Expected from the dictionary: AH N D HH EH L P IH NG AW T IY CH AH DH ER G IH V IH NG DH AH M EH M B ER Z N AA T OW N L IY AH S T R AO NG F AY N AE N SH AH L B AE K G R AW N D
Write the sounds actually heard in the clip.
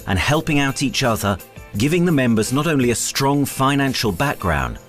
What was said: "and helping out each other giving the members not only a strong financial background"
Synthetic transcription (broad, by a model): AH N HH EH L P IH NG AW T IY CH AH DH ER G IH V IH NG DH AH M EH M B ER Z N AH T OW N L IY AH S T R AO NG F AY N AE N SH AH L B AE K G R AW N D